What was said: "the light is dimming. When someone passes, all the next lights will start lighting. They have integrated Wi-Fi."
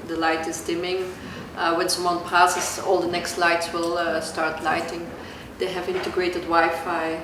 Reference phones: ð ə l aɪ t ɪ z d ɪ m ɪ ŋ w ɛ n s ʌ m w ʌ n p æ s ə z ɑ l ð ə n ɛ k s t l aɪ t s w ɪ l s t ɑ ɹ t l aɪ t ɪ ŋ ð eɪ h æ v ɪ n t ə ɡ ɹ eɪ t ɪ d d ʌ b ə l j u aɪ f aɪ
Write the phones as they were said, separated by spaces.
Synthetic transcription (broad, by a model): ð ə l aɪ t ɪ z d ɪ m ɪ ŋ w ɛ n s ʌ m w ʌ n p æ s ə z ɑ l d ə n ɛ k s t l aɪ t s w ɪ l s t ɑ ɹ t l aɪ t ɪ ŋ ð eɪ h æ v ɪ n t ə ɡ ɹ eɪ t ɪ d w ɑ ə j f aɪ